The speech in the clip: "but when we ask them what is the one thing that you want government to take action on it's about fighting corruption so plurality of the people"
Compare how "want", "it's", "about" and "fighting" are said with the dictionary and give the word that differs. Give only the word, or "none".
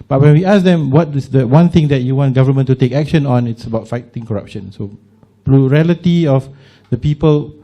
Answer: none